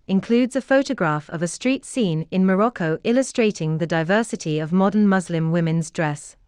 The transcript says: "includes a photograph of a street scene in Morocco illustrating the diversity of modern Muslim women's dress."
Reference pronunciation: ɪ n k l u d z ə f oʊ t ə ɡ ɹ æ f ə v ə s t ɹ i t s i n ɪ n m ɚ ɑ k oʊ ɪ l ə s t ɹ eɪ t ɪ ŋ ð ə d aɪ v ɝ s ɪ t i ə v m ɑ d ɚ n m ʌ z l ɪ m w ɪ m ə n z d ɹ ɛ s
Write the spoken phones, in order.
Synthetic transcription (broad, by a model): ɪ n k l u d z ə f oʊ t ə ɡ ɹ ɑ f ə v ə s t ɹ i t s i n ɪ n m ɚ ɑ k oʊ ɪ l ə s t ɹ eɪ t ɪ ŋ ð ə d aɪ v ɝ s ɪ t i ə v m ɑ d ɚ n m ʌ z l ɪ m w ɪ m ə n z d ɹ ɛ s